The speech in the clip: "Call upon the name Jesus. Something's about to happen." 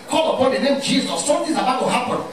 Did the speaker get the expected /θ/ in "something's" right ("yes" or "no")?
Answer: no